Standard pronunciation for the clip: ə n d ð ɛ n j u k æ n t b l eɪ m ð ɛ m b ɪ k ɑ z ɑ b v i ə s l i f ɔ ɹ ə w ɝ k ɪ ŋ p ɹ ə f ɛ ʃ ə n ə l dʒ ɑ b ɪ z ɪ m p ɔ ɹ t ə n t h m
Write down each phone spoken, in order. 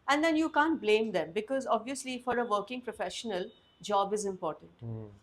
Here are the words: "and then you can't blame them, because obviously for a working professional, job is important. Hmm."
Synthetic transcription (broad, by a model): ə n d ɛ n j u k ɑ n t b l eɪ m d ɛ m b ɪ k ɑ z ɑ b v i ə s l i f ɔ ɹ ə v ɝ k ɪ ŋ p ɹ ə f ɛ ʃ ə n ə l dʒ ɑ b ɪ z ɪ m p ɔ ɹ t ə n t